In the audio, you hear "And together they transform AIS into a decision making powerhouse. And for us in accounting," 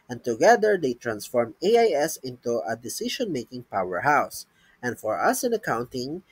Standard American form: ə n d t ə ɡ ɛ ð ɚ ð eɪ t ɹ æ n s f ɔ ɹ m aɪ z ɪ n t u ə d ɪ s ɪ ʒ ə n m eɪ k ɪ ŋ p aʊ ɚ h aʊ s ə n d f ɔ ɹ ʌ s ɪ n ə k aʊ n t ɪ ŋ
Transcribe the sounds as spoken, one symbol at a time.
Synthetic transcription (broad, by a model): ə n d t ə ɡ ɛ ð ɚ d eɪ t ɹ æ n s f ɔ ɹ m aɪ s ɪ n t u ə d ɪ s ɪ ʃ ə n m eɪ k ɪ ŋ p aʊ ɚ h aʊ s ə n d f ɔ ɹ ʌ s ɪ n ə k aʊ n t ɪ ŋ